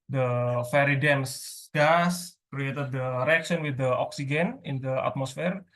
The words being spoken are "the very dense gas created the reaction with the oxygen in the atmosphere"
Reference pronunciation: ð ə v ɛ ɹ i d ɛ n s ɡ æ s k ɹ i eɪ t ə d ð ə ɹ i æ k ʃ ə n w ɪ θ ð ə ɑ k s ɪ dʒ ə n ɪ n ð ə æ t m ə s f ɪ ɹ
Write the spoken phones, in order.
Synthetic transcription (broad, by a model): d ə f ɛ ɹ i d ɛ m s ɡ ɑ s k ɹ i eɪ t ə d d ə ɹ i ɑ k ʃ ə n w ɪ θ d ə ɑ k s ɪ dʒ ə n ɪ n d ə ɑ t m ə s f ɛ ɹ